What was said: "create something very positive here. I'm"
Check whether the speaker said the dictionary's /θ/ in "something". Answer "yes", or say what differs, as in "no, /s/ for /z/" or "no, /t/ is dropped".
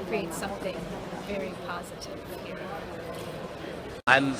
yes